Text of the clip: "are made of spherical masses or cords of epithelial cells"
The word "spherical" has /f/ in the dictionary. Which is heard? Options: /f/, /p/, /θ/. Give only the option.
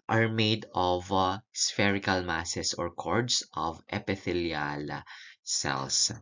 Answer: /f/